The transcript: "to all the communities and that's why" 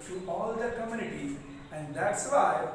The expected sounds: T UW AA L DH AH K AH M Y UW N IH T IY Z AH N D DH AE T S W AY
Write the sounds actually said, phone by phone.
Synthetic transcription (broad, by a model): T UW AA L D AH K AH M Y UW N IH T IY Z AH N D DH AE T S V AY